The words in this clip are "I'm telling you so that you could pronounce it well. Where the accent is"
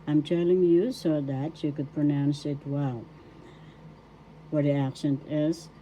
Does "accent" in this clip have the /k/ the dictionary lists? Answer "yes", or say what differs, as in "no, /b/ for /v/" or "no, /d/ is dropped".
yes